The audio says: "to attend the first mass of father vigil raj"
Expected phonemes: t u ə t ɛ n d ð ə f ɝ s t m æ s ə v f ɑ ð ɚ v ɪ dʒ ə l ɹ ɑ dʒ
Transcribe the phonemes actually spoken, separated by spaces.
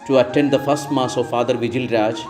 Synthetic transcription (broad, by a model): t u ə t ɛ n d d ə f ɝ s t m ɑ s ə v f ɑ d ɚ v ɪ dʒ ə l ɹ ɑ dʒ